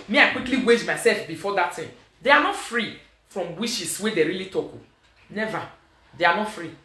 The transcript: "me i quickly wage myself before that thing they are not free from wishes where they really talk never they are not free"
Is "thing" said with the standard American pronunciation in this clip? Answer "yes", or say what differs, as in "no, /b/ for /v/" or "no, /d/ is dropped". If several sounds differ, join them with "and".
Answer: no, /t/ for /θ/